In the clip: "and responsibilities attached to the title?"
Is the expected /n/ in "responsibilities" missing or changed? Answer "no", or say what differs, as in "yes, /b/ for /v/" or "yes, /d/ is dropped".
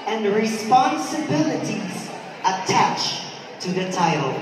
no